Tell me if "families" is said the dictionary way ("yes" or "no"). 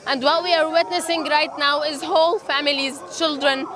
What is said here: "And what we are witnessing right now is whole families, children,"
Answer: yes